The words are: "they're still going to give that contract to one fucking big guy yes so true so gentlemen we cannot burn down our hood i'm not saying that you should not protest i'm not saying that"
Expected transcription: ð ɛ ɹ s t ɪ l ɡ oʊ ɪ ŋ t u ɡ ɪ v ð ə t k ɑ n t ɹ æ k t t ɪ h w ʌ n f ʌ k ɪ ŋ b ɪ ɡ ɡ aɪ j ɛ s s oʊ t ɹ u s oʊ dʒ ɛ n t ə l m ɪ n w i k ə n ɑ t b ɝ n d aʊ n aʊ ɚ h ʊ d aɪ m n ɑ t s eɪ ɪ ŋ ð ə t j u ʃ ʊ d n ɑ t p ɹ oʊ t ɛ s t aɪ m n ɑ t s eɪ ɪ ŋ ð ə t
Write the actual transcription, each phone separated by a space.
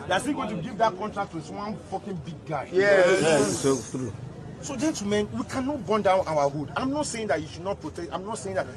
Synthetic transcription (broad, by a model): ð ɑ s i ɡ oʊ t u ɡ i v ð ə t k ɑ n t ɹ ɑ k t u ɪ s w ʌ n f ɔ k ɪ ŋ b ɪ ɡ ɡ aɪ j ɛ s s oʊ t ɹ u s oʊ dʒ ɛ n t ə m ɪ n w i k ə n ɑ t b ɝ n d aʊ n aʊ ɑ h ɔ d aɪ m n ɑ t s eɪ ɪ ŋ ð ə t j u ʃ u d n ɑ t p ɹ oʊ t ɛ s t aɪ m n ɑ t s eɪ ɪ ŋ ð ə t